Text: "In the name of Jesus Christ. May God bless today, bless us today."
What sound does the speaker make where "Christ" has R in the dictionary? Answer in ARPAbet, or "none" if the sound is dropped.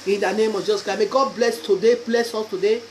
none